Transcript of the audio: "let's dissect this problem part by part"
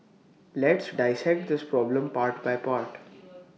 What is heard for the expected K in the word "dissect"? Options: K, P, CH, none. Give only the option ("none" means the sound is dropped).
K